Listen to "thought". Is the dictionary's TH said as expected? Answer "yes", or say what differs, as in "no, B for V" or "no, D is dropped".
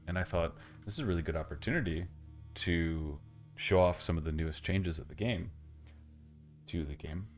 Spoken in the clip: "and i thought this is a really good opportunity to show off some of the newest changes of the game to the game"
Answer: yes